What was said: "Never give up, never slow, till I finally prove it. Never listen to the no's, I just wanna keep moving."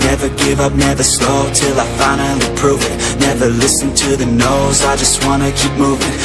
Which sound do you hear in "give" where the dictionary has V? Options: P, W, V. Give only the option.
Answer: V